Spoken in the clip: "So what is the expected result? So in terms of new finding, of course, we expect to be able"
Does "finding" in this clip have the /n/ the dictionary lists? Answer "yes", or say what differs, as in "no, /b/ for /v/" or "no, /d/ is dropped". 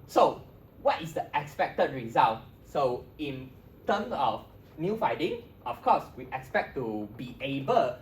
no, /n/ is dropped